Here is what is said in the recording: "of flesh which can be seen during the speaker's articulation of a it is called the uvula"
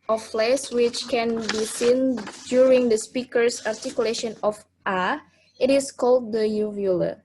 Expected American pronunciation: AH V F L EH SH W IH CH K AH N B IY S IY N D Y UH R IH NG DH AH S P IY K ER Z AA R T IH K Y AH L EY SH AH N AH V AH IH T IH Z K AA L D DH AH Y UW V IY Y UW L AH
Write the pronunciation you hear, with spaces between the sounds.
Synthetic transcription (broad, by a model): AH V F L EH S W IH CH K AH N B IY S IY N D Y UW R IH NG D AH S P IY K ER S AA R T IH K Y AH L EY SH AH N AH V AH IH T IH S K AA L D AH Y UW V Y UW L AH